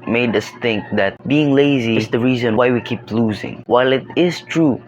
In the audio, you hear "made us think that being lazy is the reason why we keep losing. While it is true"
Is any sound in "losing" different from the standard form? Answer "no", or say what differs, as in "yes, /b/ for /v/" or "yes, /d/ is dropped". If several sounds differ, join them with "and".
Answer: no